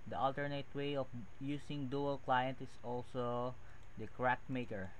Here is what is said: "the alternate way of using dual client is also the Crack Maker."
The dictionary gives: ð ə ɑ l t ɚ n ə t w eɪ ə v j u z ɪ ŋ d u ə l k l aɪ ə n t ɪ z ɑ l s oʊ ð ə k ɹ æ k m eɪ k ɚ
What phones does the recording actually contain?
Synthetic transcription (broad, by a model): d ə ɑ l t ɚ n ə t w eɪ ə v j u s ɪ ŋ d u ə l k l aɪ ə n t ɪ s ɑ l s oʊ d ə k ɹ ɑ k m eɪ k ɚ